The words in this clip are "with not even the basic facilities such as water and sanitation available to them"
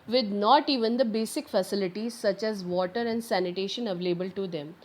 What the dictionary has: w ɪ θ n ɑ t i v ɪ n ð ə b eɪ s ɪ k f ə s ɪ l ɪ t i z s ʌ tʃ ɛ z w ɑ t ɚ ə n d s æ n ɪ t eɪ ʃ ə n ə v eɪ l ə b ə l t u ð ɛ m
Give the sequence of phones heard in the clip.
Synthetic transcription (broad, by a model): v ɪ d n ɑ t i v ɪ n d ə b eɪ s ɪ k f ə s ɪ l ɪ t i z s ʌ tʃ ɛ z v ɑ t ɚ ə n d s æ n ɪ t eɪ ʃ ə n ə v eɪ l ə b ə l t u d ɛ m